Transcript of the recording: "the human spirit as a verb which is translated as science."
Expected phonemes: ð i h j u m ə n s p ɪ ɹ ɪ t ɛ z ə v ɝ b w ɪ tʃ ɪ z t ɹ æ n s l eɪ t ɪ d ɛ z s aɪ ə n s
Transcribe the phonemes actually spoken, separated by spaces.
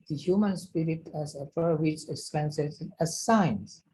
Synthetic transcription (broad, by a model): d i h j u m ə n s p ɪ ɹ ɪ t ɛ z ə f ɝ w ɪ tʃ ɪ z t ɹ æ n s eɪ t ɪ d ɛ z s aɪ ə n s